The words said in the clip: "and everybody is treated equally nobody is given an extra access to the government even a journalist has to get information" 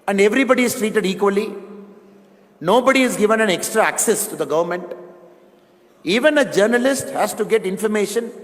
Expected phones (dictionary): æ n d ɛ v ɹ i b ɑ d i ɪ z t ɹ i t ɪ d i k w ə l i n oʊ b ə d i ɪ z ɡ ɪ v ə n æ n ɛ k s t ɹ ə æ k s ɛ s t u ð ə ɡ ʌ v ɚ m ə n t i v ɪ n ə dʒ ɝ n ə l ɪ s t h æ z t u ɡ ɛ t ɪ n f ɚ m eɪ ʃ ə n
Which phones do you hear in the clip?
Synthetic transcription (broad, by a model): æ n d ɛ v ɹ i b ɑ d i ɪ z t ɹ i t ɪ d i k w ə l i n oʊ b ə d i ɪ z ɡ ɪ v ə n æ n ɛ k s t ɹ ə æ k s ɛ s t u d ə ɡ ʌ v ɚ m ə n t i v ɪ n ə dʒ ɝ n ə l ɪ s t h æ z t u ɡ ɛ t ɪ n f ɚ m eɪ ʃ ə n